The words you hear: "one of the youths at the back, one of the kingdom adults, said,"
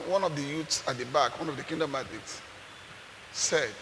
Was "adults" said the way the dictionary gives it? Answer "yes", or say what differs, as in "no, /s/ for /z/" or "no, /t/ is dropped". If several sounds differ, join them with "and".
no, /l/ is dropped